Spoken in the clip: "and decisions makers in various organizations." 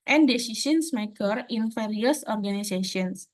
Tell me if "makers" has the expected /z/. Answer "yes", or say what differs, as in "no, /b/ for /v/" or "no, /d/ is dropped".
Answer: no, /z/ is dropped